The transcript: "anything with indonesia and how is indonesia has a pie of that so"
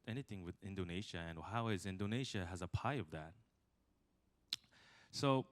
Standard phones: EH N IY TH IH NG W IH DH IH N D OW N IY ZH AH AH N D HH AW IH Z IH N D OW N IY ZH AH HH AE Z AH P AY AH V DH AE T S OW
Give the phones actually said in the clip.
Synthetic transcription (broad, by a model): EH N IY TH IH NG W IH DH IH N D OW N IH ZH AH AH N HH AW IH Z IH N D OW N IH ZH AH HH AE Z AH P AY AH V DH AE T S OW